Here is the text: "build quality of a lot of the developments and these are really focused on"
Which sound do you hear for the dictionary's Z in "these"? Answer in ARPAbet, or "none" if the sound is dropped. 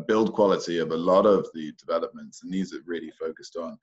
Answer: Z